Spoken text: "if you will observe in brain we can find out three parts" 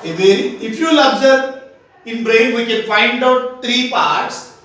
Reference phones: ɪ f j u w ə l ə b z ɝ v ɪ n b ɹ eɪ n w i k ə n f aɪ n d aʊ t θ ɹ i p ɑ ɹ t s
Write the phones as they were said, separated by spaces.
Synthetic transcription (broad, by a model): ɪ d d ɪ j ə l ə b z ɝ ɪ n b ɹ eɪ n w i k ə n f aɪ n d aʊ t t ɹ i p ɑ ɹ t s